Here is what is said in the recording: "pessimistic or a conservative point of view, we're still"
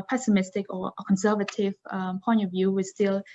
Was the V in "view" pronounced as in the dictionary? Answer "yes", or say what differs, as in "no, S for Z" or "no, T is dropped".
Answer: yes